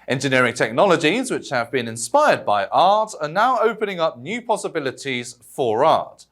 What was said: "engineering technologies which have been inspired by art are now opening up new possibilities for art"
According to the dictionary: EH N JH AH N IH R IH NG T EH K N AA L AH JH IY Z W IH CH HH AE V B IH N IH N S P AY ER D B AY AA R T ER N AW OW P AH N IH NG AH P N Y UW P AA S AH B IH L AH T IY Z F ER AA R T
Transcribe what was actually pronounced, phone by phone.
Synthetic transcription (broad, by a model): EH N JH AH N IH R IH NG T EH K N AA L AH JH IY Z W IH CH HH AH V B IH N IH N S P AY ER D B AY AA T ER N AW OW P AH N IH NG AH P N Y UW P AA S AH B IH L AH T IY Z F ER AA T